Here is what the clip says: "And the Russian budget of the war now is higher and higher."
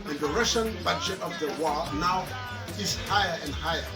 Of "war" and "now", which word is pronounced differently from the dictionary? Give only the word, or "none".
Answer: war